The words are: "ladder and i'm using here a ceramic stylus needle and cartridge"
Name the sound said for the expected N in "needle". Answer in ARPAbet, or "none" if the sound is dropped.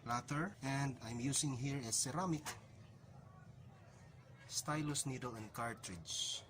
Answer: N